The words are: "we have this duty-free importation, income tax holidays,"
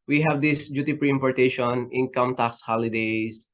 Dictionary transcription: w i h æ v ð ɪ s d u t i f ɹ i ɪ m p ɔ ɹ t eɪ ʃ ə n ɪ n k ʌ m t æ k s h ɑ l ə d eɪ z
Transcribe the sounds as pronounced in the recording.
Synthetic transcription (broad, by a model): w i h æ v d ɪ s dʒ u t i p ɹ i ɪ m p ɔ ɹ t eɪ ʃ ə n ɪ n k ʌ m t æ k s h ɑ l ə d eɪ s